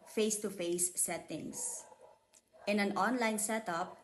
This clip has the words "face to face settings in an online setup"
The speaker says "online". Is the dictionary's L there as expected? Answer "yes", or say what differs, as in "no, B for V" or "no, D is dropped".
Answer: yes